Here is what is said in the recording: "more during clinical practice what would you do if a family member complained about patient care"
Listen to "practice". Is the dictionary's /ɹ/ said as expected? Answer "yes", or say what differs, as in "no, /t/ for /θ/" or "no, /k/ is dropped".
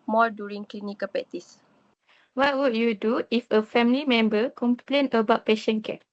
no, /ɹ/ is dropped